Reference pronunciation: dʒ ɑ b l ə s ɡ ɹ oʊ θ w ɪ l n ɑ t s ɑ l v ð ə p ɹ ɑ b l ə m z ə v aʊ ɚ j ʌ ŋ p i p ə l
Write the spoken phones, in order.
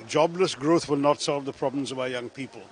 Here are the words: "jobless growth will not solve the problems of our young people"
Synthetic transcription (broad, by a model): dʒ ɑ b l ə s ɡ ɹ oʊ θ w ɪ l n ɑ t s ɑ l v ð ə p ɹ ɑ b l ə m z ə v aʊ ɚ j ʌ ŋ p i p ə l